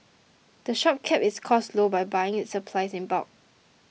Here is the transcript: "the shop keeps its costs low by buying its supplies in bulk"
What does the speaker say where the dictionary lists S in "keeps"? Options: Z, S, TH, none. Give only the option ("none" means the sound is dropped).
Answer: none